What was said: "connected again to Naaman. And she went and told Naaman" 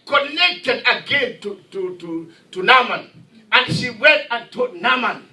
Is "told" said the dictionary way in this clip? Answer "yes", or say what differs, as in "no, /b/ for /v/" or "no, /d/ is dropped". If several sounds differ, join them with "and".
no, /l/ is dropped